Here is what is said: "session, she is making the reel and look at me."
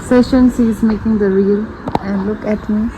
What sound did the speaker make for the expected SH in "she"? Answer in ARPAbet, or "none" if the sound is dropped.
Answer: S